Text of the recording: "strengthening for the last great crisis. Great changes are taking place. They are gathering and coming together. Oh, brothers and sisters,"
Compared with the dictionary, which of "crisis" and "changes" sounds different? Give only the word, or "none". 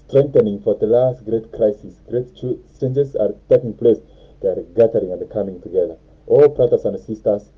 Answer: changes